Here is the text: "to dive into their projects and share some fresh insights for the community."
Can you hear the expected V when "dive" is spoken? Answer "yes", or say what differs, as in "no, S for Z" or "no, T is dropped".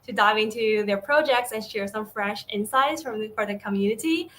yes